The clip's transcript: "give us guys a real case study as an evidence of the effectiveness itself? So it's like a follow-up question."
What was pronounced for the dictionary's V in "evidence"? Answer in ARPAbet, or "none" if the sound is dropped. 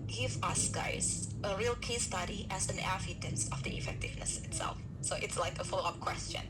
F